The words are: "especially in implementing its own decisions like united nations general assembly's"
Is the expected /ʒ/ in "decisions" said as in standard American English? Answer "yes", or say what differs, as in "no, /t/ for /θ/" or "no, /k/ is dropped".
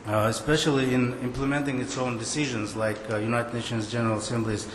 yes